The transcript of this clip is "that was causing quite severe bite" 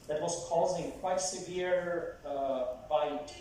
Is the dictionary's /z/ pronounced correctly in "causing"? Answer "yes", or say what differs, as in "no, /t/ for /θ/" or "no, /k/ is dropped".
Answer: yes